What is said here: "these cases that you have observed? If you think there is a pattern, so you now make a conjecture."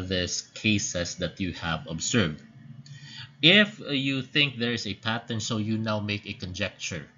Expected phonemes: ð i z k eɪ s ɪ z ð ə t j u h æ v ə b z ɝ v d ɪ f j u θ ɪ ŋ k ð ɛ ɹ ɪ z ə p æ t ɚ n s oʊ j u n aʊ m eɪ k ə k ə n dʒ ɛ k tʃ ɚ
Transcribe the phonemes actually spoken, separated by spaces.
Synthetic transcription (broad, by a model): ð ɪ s k eɪ s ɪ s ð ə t j u h æ v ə b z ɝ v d ɪ f j u θ ɪ ŋ k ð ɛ ɹ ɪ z ə p æ t ɚ n s oʊ j u n aʊ m eɪ k ə k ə n dʒ ɛ k tʃ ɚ